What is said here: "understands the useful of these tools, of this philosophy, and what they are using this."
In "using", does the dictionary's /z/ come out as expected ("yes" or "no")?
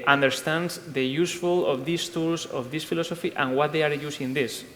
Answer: no